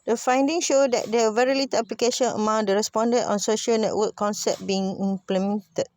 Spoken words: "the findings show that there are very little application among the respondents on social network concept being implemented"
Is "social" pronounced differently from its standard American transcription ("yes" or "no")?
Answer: no